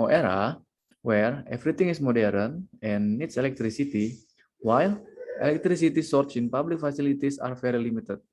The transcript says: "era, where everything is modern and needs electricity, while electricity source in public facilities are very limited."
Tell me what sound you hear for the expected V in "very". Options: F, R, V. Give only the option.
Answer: F